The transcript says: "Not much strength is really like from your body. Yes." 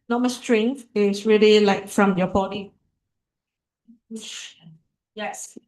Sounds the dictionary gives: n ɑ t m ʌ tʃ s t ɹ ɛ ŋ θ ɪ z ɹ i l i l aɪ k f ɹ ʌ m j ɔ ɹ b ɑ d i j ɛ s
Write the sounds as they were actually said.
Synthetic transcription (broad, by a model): n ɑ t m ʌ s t ɹ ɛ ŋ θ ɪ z ɹ i l i l aɪ k f ɹ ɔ m j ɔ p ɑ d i j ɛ s